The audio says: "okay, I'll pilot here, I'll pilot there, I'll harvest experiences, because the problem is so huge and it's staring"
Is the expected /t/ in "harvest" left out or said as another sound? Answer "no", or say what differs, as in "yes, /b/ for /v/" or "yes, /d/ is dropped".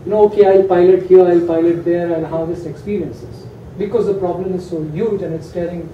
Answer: yes, /t/ is dropped